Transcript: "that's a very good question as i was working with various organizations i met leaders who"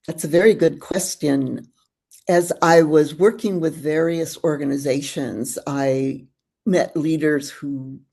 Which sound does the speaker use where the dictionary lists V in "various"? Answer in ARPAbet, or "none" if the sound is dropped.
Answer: V